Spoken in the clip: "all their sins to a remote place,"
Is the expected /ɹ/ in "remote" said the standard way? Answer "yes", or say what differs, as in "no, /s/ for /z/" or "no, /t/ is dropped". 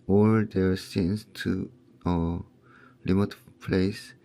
no, /l/ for /ɹ/